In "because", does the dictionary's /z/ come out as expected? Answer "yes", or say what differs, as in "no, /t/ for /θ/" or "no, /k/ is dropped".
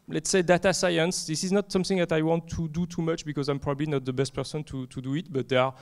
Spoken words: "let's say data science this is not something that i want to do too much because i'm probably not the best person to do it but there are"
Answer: yes